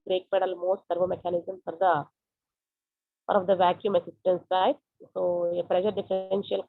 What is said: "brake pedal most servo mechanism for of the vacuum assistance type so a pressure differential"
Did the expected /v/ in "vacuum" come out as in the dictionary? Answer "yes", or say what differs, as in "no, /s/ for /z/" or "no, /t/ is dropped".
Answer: yes